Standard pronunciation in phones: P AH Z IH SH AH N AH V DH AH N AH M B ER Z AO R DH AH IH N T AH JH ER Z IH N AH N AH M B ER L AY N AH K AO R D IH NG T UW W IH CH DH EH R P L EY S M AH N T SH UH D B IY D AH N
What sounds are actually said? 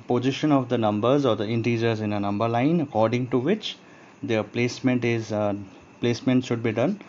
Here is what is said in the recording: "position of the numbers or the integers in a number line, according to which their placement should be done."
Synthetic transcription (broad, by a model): P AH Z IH SH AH N AH V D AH N AH M B ER Z AO R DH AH IH N T AH JH ER Z IH N AH N AH M B ER L AY N AH K AO R D IH NG T UW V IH CH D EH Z P L EY S M AH N T SH UH D B IY D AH N